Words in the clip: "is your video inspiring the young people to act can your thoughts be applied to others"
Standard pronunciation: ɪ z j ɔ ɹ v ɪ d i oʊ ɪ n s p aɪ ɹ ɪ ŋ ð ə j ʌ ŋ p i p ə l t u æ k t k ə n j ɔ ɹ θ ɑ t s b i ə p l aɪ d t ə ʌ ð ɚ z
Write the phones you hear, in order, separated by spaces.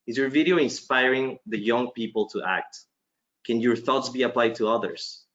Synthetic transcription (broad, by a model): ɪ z j ɔ ɹ v ɪ d i oʊ ɪ n s p aɪ ɹ ɪ ŋ ð ə j ʌ ŋ p i p ə l t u æ k t k ə n j ɔ ɹ θ ɑ t s b i ə p l aɪ d t ə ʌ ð ɚ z